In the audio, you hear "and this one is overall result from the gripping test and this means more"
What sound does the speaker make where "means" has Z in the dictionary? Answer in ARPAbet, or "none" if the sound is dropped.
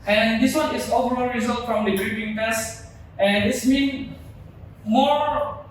none